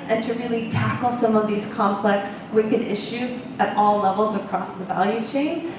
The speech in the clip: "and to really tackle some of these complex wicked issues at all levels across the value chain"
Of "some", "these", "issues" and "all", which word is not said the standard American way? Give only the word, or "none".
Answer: none